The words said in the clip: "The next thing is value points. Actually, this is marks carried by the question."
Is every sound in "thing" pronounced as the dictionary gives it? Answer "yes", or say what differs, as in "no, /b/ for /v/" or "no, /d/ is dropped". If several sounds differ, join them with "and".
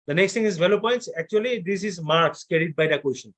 no, /t/ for /θ/